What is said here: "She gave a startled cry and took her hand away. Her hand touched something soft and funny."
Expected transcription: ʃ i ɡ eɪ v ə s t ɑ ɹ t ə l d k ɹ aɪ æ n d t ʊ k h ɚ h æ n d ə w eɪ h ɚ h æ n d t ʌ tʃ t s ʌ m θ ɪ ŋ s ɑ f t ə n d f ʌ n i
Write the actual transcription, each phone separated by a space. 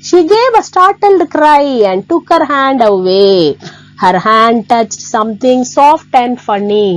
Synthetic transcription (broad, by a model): ʃ i ɡ eɪ v ə s t ɑ ɹ t ə l d k ɹ aɪ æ n d t ʊ k h ɚ h æ n d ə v eɪ h ɚ h æ n d t ʌ tʃ t s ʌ m t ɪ ŋ s ɑ f t ə n d f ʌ n i